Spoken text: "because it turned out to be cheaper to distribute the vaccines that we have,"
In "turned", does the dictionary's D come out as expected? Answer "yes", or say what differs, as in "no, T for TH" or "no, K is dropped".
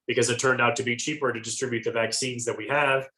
yes